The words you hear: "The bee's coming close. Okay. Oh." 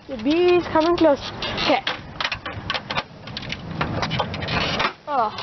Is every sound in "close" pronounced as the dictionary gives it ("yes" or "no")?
yes